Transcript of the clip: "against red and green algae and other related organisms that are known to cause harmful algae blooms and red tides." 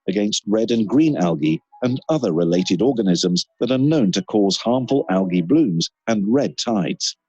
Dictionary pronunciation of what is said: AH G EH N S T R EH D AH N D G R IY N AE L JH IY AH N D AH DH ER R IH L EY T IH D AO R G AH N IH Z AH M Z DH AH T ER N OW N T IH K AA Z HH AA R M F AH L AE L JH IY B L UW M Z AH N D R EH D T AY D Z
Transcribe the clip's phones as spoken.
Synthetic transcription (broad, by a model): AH G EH N S T R EH D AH N G R IY N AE L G IY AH N AH DH ER R IH L EY T IH D AO R G AH N IH Z AH M Z DH AH T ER N OW N T IH K AA Z HH AA R M F AH L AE L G IY B L UW M Z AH N R EH D T AY D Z